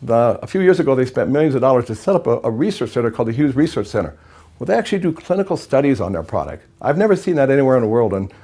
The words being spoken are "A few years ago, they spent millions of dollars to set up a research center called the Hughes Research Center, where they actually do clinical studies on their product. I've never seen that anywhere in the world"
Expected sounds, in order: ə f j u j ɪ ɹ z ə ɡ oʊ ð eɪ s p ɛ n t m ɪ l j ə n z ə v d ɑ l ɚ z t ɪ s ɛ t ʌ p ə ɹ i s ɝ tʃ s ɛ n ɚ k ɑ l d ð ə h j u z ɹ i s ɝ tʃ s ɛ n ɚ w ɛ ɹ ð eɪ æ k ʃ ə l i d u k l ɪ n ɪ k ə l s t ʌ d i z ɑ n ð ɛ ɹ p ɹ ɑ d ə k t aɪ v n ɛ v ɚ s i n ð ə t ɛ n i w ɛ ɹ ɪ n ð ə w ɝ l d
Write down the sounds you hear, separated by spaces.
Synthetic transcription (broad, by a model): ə f j u j ɪ ɹ z ə ɡ oʊ ð eɪ s p ɛ n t m ɪ l j ə n z ə v d ɑ l ɚ z t ɪ s ɛ t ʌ p ə ɹ i s ɝ tʃ s ɛ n ɚ k ɑ l d ð ə h j u z ɹ i s ɝ tʃ s ɛ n ɚ w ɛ l ð eɪ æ k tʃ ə l i d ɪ k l ɪ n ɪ k l s t ʌ d i z n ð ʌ ɹ p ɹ ɑ d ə k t aɪ v n ɛ v ɚ s i n ð ə t ɛ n i w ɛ ɹ ɪ n ð ə w ɝ l d